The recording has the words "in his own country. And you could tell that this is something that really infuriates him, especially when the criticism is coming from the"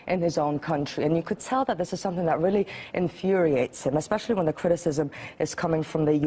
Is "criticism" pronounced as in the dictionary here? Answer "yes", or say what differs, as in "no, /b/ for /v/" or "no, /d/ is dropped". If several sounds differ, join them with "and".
yes